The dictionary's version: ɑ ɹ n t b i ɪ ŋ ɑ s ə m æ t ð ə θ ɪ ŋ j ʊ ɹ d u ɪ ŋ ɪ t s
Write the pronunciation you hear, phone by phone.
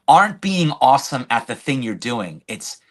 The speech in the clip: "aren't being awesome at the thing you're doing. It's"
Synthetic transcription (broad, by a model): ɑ ɹ n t b i ɪ ŋ ɑ s ə m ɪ t ð ə θ ɪ ŋ j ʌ ɹ d u ɪ ŋ ɪ t s